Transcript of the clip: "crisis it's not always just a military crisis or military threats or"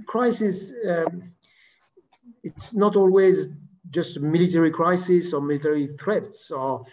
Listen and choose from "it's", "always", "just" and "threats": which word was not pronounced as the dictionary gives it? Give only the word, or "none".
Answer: none